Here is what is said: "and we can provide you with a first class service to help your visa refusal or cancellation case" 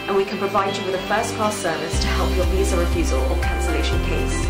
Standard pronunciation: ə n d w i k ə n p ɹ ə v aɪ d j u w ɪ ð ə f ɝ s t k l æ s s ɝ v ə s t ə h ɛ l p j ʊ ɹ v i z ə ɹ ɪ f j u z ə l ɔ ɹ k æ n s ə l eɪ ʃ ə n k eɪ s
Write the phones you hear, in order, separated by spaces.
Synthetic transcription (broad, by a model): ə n w i k ə n p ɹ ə v aɪ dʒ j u w ɪ ð ə f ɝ s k ɔ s s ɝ v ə s t ə h ɛ l p j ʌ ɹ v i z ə ɹ ɪ f j u z ə l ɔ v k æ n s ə l eɪ ʃ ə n k eɪ s